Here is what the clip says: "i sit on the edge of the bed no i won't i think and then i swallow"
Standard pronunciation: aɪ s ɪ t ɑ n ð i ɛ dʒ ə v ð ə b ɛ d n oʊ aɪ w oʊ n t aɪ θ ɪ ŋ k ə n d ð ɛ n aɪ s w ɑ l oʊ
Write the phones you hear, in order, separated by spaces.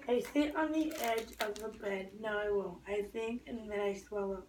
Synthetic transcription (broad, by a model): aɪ s ɪ t n ð i ɛ dʒ ə v ð ə b ɛ d n oʊ aɪ w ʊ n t aɪ θ ɪ ŋ k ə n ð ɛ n aɪ s w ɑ l oʊ